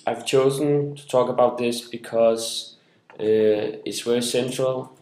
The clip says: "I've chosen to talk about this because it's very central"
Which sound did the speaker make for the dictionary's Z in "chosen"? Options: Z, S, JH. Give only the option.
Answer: Z